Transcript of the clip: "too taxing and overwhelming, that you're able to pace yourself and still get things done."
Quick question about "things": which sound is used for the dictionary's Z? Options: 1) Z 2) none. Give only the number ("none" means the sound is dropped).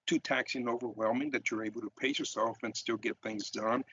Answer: 1